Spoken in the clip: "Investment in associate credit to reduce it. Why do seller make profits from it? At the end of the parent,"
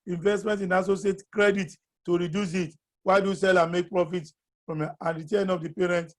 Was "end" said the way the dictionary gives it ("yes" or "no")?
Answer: no